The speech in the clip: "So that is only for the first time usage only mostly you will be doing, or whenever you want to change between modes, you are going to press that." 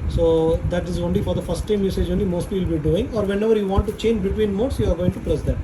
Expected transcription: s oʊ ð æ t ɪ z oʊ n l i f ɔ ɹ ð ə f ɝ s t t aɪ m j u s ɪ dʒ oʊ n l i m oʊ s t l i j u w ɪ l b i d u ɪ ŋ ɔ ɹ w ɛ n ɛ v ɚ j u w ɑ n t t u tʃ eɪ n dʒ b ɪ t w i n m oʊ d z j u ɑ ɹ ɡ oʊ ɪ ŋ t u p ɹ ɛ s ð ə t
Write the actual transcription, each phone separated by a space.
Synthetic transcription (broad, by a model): s oʊ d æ t ɪ z oʊ n l i f ɔ ɹ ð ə f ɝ s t t aɪ m j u s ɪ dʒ oʊ n l i m oʊ s t l i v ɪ l b i d u ɪ ŋ ɔ ɹ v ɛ n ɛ v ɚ j u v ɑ n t t u tʃ eɪ n dʒ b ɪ t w i n m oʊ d s j u ɑ ɹ ɡ oʊ ɪ ŋ t u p l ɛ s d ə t